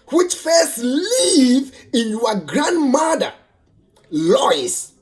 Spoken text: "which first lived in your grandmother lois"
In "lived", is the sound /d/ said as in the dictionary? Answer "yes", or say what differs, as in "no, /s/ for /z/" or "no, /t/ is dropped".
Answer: no, /d/ is dropped